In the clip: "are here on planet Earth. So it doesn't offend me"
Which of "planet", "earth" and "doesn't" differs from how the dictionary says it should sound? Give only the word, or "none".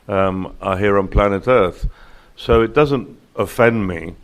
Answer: none